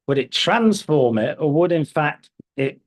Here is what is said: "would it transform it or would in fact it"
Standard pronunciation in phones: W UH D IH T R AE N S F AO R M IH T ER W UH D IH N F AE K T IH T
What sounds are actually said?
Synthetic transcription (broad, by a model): W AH D IH T R AE N S F AO R M IH T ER W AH D IH N F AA K T IH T